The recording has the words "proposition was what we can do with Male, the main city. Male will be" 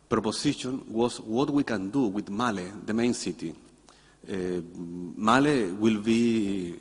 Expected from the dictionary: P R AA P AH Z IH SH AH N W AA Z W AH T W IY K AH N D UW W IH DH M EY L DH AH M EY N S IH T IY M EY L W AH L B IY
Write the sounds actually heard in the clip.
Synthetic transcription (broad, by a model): P R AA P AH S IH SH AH N W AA S W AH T W IY K AH N D UW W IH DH M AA L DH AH M EY N S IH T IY M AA L W AH L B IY